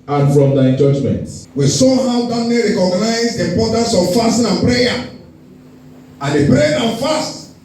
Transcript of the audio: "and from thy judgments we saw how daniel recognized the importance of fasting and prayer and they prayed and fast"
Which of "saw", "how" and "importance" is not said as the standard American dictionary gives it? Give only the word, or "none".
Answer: importance